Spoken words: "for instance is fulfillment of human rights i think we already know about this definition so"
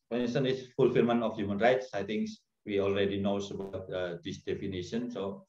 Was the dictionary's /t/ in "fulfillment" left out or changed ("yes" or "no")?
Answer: yes